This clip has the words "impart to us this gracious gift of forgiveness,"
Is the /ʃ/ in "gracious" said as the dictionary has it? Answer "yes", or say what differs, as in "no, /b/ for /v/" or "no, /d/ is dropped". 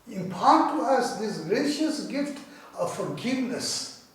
yes